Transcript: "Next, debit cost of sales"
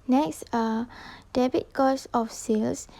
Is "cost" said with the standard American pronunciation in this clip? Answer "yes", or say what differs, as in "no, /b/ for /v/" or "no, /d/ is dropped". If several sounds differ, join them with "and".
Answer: no, /t/ is dropped